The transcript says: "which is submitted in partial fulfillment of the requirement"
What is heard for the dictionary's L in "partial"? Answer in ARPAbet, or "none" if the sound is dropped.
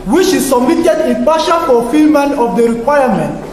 N